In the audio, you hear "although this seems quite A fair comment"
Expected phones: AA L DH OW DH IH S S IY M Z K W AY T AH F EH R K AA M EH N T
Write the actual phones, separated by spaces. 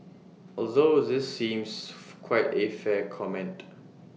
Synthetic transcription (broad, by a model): AA L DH OW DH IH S S IY M S K W AY T AH F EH K AA M EH N T